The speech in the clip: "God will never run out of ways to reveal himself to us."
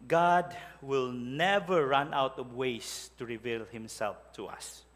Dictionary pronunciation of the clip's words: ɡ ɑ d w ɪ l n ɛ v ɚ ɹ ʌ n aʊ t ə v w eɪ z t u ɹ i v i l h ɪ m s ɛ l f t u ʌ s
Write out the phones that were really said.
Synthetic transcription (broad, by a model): ɡ ɑ d w ɪ l n ɛ v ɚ ɹ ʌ n aʊ t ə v w eɪ s t u ɹ i v i l h ɪ m s ɛ l f t u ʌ s